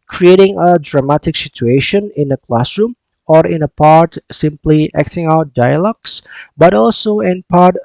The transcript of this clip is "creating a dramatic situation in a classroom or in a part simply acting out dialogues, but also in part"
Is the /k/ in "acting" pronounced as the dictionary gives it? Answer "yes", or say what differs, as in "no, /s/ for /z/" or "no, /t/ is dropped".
yes